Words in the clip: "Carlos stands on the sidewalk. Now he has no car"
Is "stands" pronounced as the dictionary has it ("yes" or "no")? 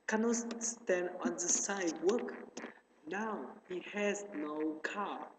no